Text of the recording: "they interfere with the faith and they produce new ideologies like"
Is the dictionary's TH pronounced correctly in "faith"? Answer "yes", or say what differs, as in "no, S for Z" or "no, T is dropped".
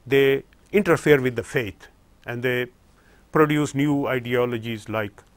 no, T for TH